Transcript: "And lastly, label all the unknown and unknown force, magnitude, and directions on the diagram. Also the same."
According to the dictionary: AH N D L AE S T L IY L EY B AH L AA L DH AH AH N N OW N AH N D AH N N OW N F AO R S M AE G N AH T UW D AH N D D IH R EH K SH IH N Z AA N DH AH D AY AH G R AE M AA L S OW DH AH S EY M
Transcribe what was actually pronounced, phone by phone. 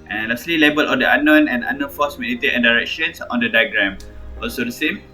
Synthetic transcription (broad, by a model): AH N L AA S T L IY L EY B AH L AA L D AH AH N N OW N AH N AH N N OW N F AO S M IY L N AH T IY AH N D D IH R EH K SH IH N S AA N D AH D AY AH G R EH M AA L S OW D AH S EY M